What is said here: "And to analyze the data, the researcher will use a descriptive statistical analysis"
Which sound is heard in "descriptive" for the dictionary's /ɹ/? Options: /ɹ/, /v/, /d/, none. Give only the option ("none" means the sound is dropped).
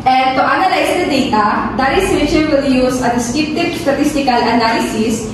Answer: none